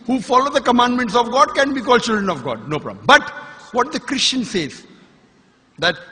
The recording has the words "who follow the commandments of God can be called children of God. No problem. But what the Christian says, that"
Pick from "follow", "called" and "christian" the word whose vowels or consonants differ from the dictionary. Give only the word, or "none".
none